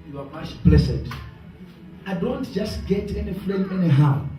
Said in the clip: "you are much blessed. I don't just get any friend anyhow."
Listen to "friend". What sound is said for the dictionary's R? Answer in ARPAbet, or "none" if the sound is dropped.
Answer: L